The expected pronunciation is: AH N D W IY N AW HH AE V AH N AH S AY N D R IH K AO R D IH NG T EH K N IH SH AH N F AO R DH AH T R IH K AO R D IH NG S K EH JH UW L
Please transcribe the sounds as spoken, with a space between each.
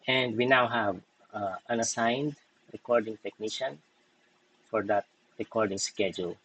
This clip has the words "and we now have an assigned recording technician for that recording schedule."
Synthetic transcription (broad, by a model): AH N D W IY N AW HH AE V AH N AH S AY N D R IH K AO R D IH NG T EH K N IH SH AH N F AO R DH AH T R IH K AO R D IH NG S K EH JH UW L